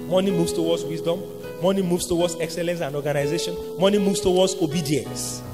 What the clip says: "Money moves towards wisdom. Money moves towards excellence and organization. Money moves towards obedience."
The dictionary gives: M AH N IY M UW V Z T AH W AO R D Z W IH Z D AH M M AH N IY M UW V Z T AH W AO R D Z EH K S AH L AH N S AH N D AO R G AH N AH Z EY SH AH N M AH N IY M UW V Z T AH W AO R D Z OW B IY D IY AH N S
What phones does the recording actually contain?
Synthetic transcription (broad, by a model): M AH N IY M UW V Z T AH W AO D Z W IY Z D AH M M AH N IY M UW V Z T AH W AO D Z EH K S AH L AH N S AH N D AO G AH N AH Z EY SH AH N M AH N IY M UW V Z T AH W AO D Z OW B IY D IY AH N S